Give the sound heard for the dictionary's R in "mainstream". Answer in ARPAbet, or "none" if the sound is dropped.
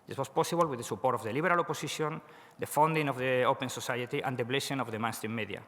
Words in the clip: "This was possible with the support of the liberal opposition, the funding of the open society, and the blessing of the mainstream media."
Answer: none